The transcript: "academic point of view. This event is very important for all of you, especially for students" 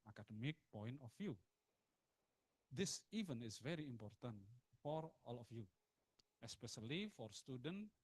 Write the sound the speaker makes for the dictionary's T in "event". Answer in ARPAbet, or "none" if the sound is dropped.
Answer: none